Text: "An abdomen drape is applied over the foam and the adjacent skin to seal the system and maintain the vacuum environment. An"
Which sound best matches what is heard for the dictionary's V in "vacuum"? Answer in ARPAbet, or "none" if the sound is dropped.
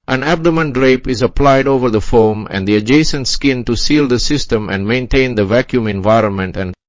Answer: V